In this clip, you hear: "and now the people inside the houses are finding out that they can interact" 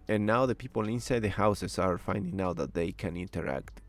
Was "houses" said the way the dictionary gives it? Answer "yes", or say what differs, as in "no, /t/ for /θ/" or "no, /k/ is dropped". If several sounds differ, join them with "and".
no, /s/ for /z/